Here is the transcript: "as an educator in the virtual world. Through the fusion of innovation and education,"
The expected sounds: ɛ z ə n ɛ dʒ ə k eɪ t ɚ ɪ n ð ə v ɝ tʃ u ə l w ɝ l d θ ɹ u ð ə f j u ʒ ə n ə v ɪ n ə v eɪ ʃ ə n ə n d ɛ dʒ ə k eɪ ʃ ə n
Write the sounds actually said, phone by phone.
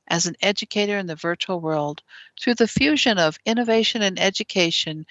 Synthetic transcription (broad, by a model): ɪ z n ɛ dʒ ə k eɪ t ɚ ɪ n ð ə v ɝ tʃ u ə l w ɝ l d θ ɹ u ð ə f j u ʒ ə n ə v ɪ n ə v eɪ ʃ ə n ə n ɛ dʒ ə k eɪ ʃ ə n